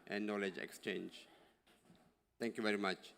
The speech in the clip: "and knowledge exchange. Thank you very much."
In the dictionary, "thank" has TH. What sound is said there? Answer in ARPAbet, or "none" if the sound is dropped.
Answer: T